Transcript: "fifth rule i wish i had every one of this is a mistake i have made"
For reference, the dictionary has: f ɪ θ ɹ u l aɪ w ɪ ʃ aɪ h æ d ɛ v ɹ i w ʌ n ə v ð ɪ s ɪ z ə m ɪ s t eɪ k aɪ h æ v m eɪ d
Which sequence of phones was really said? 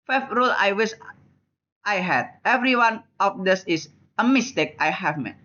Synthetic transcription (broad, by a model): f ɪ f ɹ u l aɪ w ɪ s aɪ h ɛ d ɛ v ɹ i w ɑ n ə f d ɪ s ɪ s ə m ɪ s t eɪ k aɪ h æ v m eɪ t